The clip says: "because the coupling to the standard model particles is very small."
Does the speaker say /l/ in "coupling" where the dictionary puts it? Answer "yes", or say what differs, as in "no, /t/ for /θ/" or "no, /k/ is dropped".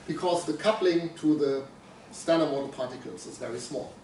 yes